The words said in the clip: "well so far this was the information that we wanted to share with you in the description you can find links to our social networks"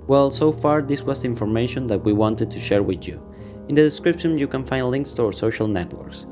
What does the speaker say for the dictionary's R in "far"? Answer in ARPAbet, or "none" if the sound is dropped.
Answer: R